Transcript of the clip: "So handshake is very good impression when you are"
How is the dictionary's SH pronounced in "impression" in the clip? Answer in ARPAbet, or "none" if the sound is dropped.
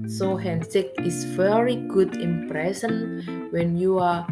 S